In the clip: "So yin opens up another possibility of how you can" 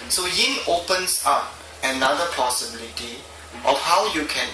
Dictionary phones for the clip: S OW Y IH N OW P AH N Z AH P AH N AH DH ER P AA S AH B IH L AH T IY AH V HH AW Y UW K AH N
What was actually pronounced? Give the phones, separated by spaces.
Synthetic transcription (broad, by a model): S OW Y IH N OW P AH N S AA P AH N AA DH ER P AA S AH B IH L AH T IY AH F HH AW Y UW K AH N